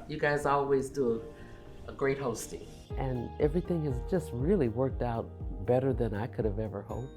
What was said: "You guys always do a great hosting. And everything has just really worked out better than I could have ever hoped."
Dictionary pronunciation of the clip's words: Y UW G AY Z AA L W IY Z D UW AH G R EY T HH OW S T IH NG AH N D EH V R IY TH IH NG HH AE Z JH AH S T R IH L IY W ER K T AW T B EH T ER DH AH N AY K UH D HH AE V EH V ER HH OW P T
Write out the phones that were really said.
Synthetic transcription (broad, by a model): Y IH G AY Z AA L W IY Z D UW AH G R EY T HH OW S T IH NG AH N EH V R IY TH IH NG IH Z JH AH S T R IH L IY W ER K T AW T B EH T ER DH AH N AY K UH D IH V EH V ER HH OW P